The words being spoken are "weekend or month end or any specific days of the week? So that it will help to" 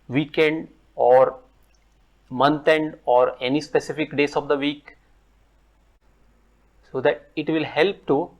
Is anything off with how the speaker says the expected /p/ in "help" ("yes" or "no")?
no